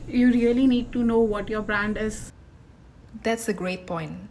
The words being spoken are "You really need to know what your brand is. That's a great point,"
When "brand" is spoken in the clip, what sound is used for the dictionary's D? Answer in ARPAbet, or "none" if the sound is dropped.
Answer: D